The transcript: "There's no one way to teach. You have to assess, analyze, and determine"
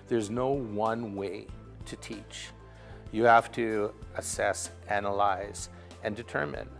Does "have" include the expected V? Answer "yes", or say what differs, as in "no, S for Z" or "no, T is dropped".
no, F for V